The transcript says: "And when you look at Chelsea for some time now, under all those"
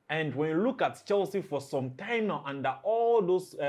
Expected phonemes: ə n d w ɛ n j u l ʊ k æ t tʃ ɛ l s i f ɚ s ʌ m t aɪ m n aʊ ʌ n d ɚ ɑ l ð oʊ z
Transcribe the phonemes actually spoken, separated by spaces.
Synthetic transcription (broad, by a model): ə n d w ɛ n j u l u k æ t tʃ ɛ l s i f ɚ s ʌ m t aɪ m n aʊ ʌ n d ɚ ɑ l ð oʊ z